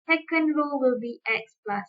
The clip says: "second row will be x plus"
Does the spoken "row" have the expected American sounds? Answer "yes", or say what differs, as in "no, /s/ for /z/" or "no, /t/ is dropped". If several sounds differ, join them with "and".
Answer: no, /l/ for /ɹ/